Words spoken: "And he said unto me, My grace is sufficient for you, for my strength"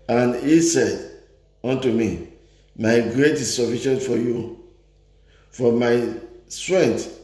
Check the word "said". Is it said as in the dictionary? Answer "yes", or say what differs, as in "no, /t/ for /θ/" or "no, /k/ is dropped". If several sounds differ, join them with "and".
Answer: yes